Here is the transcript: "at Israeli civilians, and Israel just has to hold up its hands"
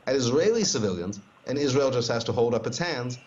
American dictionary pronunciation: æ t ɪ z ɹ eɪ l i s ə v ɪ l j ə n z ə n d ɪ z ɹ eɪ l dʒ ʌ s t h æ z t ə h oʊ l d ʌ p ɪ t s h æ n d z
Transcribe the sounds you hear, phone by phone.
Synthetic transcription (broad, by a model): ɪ t ɪ z ɹ eɪ l i s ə v ɪ l j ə n z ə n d ɪ z ɹ eɪ l dʒ ʌ s t h æ z t ə h oʊ l d ʌ p ɪ t s h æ n d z